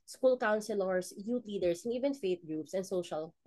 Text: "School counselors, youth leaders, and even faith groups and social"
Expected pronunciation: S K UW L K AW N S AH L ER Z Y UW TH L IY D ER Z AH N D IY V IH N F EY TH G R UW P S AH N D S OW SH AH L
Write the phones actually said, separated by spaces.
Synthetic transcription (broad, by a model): S K UW L K AW N S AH L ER S Y UW T L IY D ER S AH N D IY V IH N F EY T G R UW P S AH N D S OW SH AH L